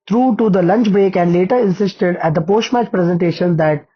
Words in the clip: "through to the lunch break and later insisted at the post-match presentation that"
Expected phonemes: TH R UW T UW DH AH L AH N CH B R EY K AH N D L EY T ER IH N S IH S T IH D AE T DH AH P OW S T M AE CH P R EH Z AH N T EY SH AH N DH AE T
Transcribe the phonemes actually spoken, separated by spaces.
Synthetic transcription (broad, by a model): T R UW T UW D AH L AH N CH B R EY K AH N D L EY T ER IH N S IH S T IH D AE T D AH P OW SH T M AE CH P R EH Z AH N T EY SH AH N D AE T